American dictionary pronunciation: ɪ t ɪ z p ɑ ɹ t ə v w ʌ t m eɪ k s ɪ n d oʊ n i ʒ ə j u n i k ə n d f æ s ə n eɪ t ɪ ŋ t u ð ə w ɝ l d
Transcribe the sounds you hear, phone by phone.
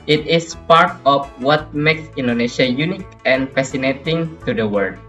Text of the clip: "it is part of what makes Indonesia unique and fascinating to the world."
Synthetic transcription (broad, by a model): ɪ t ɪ s p ɑ ɹ t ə f w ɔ t m eɪ k s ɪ n d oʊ n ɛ ʃ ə j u n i k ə n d f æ s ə n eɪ t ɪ ŋ t u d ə w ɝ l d